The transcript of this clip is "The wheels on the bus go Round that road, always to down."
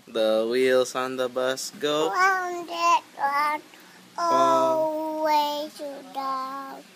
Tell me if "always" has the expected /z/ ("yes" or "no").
no